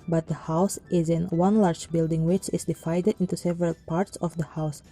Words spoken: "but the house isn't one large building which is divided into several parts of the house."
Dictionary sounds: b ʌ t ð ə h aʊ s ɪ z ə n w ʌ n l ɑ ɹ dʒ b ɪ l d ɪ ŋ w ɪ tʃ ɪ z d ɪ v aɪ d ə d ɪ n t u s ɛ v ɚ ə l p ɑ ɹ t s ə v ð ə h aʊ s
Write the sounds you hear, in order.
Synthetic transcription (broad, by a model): b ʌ t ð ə h aʊ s ɪ z ə n w ʌ n l ɑ ɹ dʒ b ɪ l d ɪ ŋ w ɪ tʃ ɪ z d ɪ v aɪ d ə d ɪ n t u s ɛ v ɚ ə l p ɑ ɹ t s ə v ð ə h aʊ s